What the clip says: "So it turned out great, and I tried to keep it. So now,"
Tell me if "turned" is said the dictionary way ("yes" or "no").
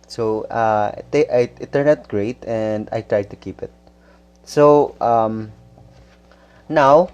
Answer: no